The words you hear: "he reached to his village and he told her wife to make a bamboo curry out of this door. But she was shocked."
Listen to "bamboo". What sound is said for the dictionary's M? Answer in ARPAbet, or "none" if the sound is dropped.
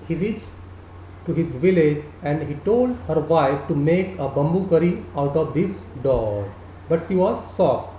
M